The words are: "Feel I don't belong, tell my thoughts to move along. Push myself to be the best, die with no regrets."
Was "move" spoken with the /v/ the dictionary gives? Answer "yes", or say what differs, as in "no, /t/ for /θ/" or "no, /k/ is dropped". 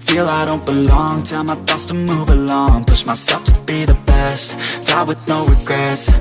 yes